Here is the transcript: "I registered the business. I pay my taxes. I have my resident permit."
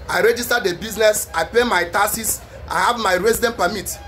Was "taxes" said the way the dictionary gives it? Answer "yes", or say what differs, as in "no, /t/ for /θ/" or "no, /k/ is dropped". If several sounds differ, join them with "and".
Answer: no, /k/ is dropped and /s/ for /z/